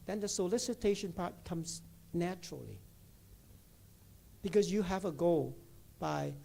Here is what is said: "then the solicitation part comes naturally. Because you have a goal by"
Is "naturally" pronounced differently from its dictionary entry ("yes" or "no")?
no